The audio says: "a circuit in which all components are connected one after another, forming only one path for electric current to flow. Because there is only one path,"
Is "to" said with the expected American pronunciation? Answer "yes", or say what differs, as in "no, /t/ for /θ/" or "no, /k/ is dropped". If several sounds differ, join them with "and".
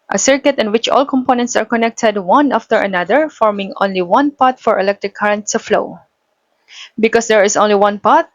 no, /s/ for /t/